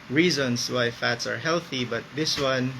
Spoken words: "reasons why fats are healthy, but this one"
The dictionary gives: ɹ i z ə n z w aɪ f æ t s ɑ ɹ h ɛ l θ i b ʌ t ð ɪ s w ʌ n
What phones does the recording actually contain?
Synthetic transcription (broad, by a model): ɹ i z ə n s w aɪ f æ t s ɑ ɹ h ɛ l θ i b ʌ t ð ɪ s w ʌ n